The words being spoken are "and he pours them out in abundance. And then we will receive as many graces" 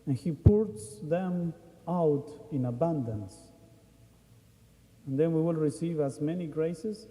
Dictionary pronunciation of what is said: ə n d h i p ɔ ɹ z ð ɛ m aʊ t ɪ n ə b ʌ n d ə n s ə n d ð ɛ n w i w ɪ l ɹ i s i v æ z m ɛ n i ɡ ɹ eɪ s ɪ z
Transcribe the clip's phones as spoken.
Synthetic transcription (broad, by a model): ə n h i p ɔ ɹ s ð ɛ m aʊ t ɪ n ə b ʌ n d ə n s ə n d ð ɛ n w i w ɪ l ɹ i s i v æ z m ɛ n i ɡ ɹ eɪ s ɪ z